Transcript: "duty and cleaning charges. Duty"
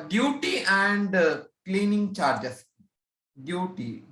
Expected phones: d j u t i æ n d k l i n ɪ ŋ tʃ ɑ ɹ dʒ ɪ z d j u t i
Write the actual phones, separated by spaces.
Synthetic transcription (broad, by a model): d j u t i æ n d k l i n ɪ ŋ tʃ ɑ ɹ dʒ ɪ s d j u t i